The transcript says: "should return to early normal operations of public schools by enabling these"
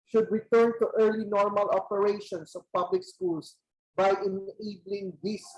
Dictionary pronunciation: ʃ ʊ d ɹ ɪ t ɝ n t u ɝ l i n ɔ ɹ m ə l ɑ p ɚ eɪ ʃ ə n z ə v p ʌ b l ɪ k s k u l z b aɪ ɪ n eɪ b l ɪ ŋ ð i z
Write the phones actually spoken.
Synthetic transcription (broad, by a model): ʃ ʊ d ɹ ɪ t ɝ n t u ɝ l i n ɔ ɹ m ə l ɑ p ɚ eɪ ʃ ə n s ə v p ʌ b l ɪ k s k u l s b aɪ ɪ n eɪ b l ɪ ŋ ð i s